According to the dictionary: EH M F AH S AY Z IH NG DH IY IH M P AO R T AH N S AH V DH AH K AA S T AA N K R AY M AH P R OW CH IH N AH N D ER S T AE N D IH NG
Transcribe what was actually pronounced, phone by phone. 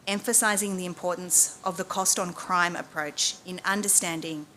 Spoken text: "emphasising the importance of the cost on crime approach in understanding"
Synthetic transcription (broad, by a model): EH M F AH S AY Z IH NG DH IY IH M P AO R T N S AH V DH AH K AA S T N K R AY M AH P R OW CH IH N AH N D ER S T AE N D IH NG